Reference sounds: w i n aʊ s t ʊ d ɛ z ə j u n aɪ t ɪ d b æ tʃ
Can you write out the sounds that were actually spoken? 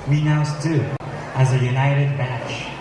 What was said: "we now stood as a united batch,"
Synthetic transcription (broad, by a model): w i n aʊ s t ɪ ɪ z ə j u n aɪ t ɪ d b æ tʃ